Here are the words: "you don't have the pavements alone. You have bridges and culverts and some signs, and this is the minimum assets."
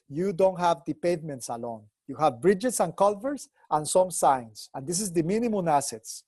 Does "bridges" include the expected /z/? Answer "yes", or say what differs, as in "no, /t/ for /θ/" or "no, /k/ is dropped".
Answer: no, /s/ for /z/